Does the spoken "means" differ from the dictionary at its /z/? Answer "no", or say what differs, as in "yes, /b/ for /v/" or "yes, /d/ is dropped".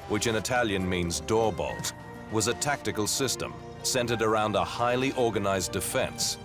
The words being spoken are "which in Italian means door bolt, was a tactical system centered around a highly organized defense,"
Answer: no